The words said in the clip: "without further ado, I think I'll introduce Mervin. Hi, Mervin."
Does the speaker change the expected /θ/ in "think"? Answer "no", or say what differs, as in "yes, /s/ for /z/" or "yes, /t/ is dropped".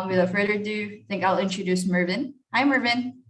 no